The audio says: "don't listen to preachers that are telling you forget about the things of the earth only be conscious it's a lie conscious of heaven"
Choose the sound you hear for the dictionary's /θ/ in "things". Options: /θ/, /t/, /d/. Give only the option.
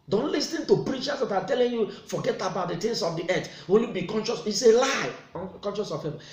/t/